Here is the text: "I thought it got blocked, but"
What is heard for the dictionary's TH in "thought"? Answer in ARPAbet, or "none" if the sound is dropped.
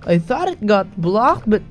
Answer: TH